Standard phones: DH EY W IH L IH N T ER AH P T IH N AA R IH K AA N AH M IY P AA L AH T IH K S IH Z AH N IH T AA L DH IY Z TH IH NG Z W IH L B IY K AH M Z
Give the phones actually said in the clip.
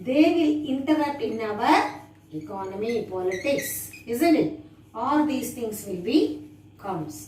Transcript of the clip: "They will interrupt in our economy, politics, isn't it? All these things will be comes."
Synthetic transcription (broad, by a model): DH EY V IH L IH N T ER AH T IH N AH R IH K AA N AH M IY P AA L AH T IH K S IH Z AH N IH T AA L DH IY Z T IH NG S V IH L B IY K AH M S